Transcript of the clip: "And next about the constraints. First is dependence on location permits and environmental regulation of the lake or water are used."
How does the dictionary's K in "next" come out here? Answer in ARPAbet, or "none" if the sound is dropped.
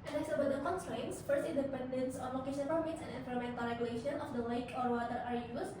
none